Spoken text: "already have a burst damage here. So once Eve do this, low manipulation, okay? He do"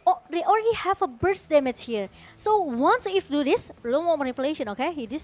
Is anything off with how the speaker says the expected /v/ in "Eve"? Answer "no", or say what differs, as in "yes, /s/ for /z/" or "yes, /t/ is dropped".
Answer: yes, /f/ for /v/